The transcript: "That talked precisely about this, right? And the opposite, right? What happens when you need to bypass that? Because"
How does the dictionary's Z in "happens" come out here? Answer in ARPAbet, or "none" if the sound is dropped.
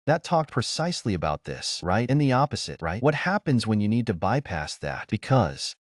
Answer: Z